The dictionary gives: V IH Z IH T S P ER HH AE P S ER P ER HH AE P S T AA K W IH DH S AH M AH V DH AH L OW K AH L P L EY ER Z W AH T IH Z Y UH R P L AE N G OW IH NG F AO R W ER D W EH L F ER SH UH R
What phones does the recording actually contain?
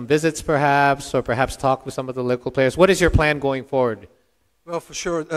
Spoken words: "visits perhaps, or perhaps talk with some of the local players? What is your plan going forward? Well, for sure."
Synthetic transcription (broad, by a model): V IH Z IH T S P ER HH AE P S ER P ER HH AE P S T AA K W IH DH S AH M AH V DH AH L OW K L P L EY ER Z W AH T IH Z Y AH R P L AE N G OW IH NG F AO R W ER D W EH L F ER SH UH R